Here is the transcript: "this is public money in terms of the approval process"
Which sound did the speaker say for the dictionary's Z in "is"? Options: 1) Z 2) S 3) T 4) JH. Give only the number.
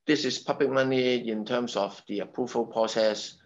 2